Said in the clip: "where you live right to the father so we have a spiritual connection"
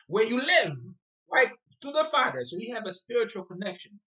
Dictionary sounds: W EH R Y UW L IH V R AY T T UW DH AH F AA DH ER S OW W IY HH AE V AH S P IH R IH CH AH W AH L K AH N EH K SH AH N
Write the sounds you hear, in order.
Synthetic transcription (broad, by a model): W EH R Y UW L IH V L AY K T UW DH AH F AA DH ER S OW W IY HH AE V AH S P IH R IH CH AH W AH L K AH N EH K SH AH N